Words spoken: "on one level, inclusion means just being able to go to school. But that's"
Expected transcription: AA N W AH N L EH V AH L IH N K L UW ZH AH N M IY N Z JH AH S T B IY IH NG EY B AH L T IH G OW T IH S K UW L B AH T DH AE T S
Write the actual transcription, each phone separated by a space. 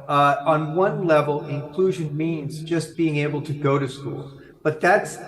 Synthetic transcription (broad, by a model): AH N W AH N L EH V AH L IH N K L UW ZH AH N M IY N Z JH AH S B IY IH NG EY B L T IH G OW T IH S K UW L B AH T DH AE T S